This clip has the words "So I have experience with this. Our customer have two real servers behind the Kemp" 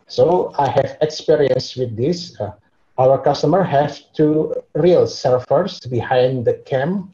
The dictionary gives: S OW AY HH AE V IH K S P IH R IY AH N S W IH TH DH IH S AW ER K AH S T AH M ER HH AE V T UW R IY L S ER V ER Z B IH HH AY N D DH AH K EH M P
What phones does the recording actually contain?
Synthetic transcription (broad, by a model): S OW AY HH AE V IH K S P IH R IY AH N S W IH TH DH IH S AW ER K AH S T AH M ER HH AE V T UW R IY L S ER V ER S B IH HH AY N D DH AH K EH M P